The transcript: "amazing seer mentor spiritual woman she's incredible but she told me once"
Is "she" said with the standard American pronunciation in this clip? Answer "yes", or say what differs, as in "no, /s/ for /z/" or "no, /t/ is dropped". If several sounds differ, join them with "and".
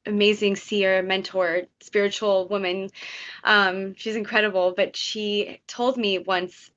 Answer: yes